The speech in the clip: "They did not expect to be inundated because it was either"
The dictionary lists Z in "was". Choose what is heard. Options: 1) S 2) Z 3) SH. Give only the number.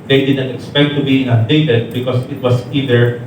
1